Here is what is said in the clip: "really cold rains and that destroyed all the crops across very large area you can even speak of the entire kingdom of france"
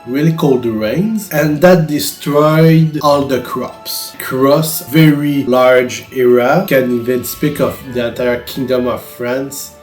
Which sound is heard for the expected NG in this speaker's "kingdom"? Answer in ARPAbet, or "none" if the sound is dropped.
NG